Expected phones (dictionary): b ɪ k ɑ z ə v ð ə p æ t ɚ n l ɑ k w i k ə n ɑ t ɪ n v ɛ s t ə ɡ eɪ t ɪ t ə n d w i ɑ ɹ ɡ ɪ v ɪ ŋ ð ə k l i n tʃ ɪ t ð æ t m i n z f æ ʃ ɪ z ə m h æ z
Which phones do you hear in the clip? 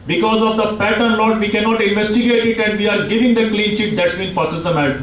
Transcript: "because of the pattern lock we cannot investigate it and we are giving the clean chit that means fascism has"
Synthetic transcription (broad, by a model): b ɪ k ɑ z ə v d ə p æ t ɚ n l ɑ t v i k ə n ɑ t ɪ n v ɛ s t ə ɡ eɪ t ɪ t ə n d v i ɑ ɹ ɡ ɪ v ɪ ŋ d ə k l i n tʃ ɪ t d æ t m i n f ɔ s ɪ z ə m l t